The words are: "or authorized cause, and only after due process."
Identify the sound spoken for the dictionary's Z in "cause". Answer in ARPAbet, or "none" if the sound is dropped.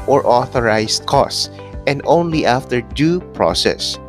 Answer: S